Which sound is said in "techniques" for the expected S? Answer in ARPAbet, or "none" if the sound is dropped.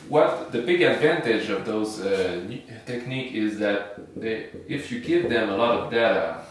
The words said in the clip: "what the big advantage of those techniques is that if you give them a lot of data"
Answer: none